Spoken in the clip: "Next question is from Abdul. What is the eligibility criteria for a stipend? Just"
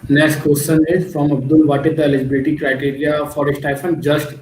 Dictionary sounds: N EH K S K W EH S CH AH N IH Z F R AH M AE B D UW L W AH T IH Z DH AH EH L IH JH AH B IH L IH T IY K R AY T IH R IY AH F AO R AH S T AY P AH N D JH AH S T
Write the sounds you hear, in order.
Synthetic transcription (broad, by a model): N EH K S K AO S S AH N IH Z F R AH M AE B D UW L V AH T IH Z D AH EH L IH JH AH B IH L IH T IY K R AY T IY R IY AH F AO R AH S T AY F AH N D JH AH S T